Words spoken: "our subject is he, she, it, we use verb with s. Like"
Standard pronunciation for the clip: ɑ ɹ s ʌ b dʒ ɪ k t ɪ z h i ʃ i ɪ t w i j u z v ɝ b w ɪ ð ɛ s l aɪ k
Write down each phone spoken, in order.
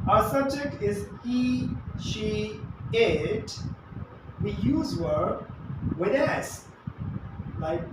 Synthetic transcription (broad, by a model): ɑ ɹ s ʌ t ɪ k ɪ z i ʃ i ɪ t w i j u z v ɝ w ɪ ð ɛ s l aɪ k